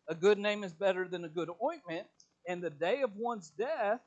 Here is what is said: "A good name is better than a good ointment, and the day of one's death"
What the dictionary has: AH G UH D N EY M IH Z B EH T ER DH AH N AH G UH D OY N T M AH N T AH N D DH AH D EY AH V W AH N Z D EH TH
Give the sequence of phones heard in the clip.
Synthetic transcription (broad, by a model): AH G UH D N EY M IH Z B EH T ER DH AH N AH G UH D OY N M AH N T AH N DH AH D EY AH V W AH N Z D EH TH